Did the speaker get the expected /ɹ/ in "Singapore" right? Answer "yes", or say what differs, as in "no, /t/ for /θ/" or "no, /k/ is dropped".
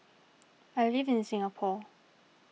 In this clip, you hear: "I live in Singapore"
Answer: no, /l/ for /ɹ/